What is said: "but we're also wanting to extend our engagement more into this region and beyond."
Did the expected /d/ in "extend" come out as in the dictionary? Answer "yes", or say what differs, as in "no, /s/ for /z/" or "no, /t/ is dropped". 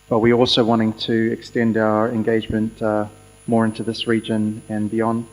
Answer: yes